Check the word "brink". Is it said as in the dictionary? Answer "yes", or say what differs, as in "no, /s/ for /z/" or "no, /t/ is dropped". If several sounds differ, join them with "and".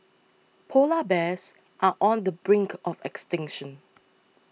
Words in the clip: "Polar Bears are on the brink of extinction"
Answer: yes